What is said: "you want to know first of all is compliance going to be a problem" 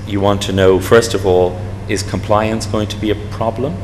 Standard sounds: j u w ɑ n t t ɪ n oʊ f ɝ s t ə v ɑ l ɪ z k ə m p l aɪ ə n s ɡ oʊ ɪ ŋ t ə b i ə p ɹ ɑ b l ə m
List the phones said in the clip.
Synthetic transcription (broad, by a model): j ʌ w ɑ n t t ɪ n oʊ f ɝ s t ə v ɑ l ɪ z k ə m p l aɪ ə n s ɡ oʊ ɪ ŋ t ə b i ə p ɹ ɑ b l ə m